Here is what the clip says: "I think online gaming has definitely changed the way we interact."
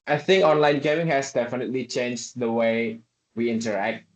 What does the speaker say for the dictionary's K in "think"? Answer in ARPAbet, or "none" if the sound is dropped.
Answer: K